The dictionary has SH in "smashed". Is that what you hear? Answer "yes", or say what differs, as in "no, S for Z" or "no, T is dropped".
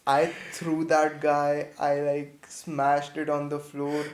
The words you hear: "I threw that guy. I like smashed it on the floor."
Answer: yes